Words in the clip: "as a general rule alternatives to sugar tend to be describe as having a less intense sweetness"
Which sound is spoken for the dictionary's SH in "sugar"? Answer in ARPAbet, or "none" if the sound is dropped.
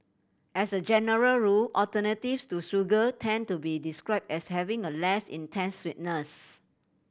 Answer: S